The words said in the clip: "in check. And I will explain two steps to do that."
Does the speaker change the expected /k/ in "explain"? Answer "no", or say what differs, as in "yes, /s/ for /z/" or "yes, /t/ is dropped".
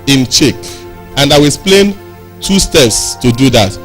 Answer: yes, /k/ is dropped